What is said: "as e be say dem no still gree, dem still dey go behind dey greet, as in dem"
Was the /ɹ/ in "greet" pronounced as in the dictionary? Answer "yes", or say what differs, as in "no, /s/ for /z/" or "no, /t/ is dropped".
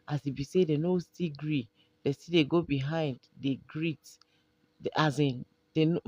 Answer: yes